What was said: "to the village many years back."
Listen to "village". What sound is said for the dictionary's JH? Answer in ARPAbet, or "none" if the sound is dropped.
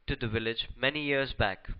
JH